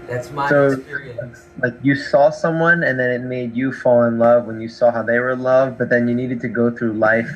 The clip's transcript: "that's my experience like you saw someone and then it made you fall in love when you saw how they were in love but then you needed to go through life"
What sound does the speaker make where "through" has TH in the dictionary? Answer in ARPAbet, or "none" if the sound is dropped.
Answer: TH